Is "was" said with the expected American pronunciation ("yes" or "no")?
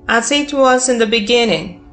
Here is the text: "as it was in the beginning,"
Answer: no